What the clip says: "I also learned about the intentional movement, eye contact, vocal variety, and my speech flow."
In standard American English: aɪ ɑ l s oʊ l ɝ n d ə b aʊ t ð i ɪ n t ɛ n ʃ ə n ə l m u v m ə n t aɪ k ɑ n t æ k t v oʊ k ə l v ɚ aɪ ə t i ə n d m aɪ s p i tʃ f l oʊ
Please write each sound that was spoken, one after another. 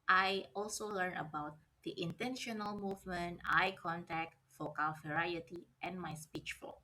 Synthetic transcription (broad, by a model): aɪ ɑ l s oʊ l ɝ n ə b aʊ t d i ɪ n t ɛ n ʃ ə n ə l m u v m ə n t aɪ k ɑ n t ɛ k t f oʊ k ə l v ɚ aɪ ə t i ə n m aɪ s p i tʃ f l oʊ